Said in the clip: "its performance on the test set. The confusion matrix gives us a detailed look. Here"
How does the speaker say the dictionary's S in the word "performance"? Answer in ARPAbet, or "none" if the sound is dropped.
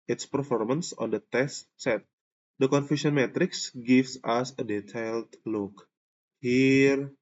S